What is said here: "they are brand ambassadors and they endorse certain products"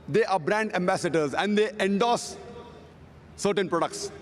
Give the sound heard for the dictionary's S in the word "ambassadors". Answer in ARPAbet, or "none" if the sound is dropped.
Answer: S